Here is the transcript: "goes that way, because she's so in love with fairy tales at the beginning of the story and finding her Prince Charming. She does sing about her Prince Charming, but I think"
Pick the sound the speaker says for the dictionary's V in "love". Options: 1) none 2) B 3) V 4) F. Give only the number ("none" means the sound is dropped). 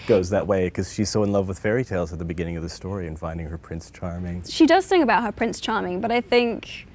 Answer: 3